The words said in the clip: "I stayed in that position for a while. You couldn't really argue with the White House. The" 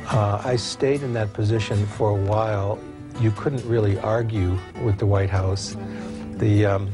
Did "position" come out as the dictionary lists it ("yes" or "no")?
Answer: yes